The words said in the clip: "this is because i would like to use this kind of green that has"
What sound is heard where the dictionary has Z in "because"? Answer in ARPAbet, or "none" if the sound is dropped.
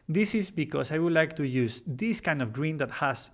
S